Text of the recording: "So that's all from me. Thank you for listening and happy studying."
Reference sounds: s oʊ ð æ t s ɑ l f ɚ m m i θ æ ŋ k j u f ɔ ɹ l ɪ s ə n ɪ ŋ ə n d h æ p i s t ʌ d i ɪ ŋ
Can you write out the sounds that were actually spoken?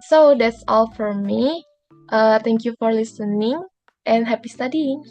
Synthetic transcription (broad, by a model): s oʊ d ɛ t s ɑ l f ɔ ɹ m i t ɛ ŋ k j u f ɔ ɹ l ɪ s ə n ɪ ŋ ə n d h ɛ p i s t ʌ d i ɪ ŋ